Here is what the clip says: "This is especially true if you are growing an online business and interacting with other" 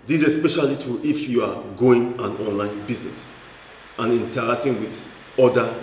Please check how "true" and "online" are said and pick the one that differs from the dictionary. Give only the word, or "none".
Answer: true